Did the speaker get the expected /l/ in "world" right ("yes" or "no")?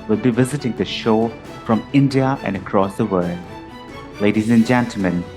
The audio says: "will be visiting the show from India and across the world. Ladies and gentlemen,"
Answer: yes